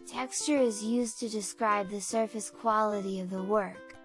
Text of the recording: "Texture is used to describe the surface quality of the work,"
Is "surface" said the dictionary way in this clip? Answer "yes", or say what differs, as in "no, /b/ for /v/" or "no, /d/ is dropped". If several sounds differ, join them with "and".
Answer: yes